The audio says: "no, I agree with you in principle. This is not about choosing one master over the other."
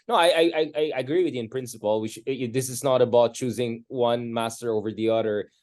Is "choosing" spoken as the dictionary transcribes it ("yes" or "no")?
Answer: yes